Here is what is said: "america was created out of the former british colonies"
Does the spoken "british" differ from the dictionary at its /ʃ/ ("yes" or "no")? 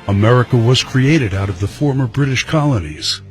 no